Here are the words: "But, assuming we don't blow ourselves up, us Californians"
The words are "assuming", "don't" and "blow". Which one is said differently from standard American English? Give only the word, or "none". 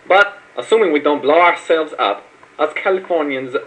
none